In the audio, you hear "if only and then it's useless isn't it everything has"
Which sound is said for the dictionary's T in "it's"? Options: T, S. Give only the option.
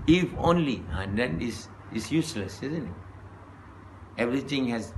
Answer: S